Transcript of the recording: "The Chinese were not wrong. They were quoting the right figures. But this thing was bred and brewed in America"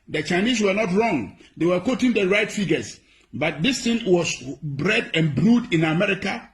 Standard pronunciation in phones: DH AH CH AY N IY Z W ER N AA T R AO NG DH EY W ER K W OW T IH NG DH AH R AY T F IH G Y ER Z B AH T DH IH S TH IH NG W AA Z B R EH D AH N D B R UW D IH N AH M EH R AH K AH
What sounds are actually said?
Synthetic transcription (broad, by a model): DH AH CH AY N IY S W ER N AA T R AO NG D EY W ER K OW T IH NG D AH R AY T F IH G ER S B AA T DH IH S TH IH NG W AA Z B R EH D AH N B R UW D IH N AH M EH R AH K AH